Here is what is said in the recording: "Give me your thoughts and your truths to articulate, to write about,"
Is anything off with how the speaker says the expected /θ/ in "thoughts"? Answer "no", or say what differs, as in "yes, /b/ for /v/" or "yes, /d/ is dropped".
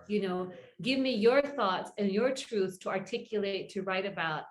no